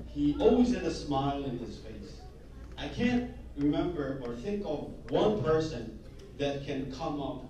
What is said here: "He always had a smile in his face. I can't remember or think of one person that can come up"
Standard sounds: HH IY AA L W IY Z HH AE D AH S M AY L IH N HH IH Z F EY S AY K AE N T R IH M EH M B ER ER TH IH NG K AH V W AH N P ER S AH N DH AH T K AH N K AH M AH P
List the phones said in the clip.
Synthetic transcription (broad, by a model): HH IY AA L W IY Z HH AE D AH S M AY L IH N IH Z F EY S AY K AE N T R IH M EH M B ER ER TH IH NG K AH V W AH N P ER S AH N DH AH T K AH N K AH M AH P